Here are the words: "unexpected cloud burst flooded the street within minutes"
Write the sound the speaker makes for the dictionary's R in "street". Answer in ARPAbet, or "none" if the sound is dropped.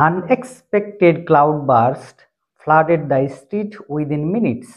R